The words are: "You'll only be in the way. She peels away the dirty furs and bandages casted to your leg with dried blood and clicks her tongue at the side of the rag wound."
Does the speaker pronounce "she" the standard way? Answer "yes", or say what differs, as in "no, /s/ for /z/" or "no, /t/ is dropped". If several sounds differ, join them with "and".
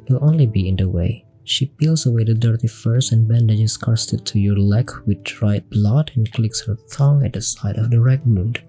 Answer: yes